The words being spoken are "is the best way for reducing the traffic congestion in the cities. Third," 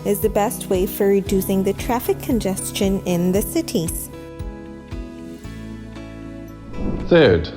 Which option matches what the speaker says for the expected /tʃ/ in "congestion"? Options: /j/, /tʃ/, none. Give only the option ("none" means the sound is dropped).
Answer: /tʃ/